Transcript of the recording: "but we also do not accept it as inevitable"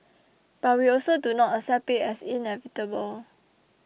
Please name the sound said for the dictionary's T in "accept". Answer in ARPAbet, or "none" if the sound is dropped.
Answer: none